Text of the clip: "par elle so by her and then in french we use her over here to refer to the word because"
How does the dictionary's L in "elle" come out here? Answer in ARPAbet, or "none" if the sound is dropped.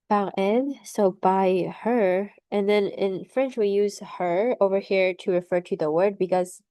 N